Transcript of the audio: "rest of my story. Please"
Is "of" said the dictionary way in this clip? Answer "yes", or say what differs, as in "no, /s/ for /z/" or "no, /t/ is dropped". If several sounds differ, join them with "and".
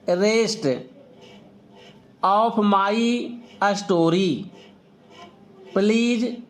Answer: no, /p/ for /v/